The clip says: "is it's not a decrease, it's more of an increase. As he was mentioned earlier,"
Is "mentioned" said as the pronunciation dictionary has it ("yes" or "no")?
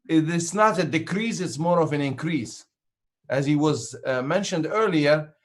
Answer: yes